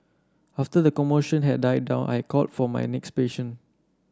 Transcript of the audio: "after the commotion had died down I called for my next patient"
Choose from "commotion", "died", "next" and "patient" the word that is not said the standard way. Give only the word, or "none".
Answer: patient